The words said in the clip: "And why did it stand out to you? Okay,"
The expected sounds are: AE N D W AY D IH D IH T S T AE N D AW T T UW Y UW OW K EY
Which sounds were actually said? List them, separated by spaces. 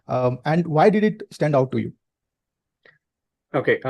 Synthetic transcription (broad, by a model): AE N D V AY D IH D IH T S T AE N D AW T T UW Y UW OW K EY